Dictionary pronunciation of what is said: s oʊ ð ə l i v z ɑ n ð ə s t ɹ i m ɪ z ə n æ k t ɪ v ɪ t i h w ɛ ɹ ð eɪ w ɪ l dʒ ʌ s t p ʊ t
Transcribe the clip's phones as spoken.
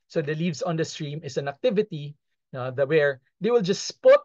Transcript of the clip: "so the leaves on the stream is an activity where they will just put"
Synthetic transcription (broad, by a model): s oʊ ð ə l i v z ɑ n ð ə s t ɹ i m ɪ s ə n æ k t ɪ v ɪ t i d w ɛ ɹ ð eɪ w ɪ l dʒ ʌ s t p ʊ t